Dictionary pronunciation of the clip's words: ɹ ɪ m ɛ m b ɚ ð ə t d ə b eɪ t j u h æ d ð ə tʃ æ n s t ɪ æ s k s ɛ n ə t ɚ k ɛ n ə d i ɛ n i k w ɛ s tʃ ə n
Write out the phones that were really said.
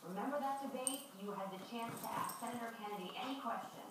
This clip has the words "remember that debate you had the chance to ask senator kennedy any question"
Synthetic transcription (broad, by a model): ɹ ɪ m ɛ m b ɚ ð ə t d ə b eɪ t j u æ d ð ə tʃ æ n s t ɪ æ s k s ɛ n ə t ɚ k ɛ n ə d i ɛ n i k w ɛ s tʃ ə n